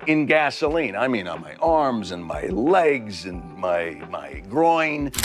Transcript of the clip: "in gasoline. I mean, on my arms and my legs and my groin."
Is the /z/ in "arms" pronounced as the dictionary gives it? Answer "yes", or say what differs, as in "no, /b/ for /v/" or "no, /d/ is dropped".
yes